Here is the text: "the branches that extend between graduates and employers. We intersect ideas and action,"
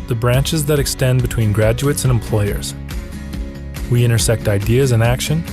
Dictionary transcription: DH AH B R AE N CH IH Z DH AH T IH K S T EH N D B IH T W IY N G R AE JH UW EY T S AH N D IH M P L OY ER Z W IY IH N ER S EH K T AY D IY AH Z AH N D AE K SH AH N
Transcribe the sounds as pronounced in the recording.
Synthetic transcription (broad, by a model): DH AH B R AE N CH IH Z DH AH T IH K S T EH N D B IH T W IY N G R AE JH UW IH T S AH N IH M P L OY ER Z W IY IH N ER S EH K T AY D IY AH Z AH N AE K SH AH N